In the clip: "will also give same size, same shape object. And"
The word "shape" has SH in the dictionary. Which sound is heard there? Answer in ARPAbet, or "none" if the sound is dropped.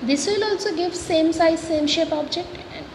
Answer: SH